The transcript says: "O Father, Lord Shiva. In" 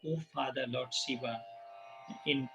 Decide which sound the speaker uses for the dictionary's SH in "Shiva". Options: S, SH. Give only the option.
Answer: S